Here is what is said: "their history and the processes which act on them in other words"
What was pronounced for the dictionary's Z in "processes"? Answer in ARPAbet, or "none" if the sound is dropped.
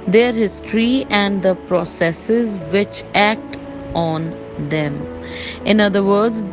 Z